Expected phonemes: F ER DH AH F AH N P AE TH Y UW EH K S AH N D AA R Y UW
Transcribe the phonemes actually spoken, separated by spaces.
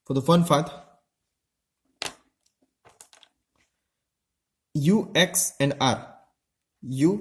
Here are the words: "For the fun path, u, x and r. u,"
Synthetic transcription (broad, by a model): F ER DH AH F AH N F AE T Y UW EH K S AH N D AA R Y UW